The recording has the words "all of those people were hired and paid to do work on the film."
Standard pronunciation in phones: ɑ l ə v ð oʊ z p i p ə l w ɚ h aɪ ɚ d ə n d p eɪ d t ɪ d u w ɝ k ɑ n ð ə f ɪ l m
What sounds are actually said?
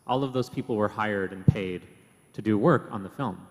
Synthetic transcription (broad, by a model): ɑ l ə v ð oʊ z p i p l w ɚ h aɪ ɚ d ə n p eɪ d t ɪ d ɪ w ɝ k n ð ə f ɪ l m